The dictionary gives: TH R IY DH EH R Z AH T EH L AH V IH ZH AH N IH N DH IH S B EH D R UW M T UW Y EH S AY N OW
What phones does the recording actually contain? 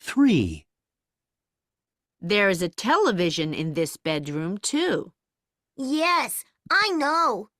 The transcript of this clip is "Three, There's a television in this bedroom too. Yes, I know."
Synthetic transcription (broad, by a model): TH R IY DH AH R Z AH T EH L AH V IH ZH AH N IH N DH IH S B EH D R UW M T UW Y EH S AY N OW